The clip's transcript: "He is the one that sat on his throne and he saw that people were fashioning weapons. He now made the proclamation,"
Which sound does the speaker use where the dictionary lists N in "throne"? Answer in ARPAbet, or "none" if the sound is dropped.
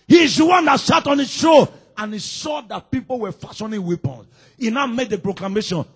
none